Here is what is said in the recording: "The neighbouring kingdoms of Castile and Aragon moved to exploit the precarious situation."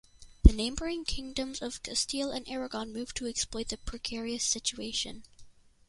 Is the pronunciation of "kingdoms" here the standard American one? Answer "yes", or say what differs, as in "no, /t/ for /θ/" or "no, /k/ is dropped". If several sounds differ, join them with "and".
yes